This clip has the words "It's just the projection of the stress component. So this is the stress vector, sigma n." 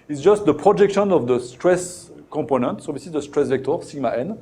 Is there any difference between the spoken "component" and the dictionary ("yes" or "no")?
yes